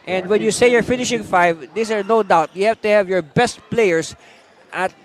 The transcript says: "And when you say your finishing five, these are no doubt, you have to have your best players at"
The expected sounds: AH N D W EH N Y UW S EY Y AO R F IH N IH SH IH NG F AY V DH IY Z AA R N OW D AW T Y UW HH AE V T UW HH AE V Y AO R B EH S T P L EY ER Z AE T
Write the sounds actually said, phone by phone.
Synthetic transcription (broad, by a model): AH N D W EH N Y UW S EY Y AO R F IH N IH SH IH NG F AY V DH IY S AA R N OW D AW T Y UW HH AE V T UW HH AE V Y AO R B EH S T P L EY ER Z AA T